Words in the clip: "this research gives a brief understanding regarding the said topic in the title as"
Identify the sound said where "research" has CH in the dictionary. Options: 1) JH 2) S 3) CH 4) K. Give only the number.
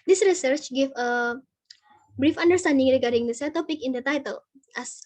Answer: 3